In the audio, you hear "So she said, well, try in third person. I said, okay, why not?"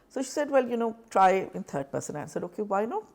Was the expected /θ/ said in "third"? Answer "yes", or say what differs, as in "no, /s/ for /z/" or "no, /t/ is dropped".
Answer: no, /t/ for /θ/